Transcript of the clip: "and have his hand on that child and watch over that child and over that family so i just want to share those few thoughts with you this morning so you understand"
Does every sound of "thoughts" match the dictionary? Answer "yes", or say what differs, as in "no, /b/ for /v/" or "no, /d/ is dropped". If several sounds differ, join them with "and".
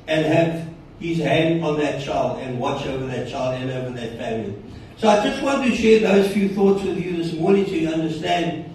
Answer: yes